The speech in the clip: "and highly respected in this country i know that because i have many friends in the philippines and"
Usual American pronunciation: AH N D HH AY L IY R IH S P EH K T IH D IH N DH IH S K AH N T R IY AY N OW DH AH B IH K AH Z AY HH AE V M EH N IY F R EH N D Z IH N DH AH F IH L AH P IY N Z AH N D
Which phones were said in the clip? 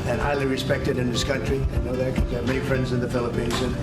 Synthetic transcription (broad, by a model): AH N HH AY L IY R IH S P EH K T IH D IH N DH IH S K AH N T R IY AY N OW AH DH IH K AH M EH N IY F R EH N D Z IH N DH AH F IH L AH P IY N Z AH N